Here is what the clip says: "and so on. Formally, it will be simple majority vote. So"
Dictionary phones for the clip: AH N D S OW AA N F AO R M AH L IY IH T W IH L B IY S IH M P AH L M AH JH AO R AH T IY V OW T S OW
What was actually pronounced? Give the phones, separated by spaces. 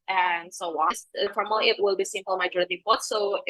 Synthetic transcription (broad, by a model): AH N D S OW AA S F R AH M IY IH T W IH L B IY S IH M P AH L M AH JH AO R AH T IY P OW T S OW